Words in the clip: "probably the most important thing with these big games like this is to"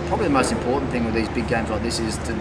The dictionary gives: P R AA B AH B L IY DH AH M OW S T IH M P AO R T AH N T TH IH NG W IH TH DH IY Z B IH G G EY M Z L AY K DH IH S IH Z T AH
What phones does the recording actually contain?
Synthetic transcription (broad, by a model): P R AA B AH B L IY DH AH M OW S T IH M P AO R T N TH IH NG W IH DH IY Z B IH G G EY M Z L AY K DH IH S IH Z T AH